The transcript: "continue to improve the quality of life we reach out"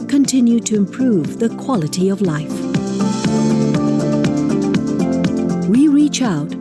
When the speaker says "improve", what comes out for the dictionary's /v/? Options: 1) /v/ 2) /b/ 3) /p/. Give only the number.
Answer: 1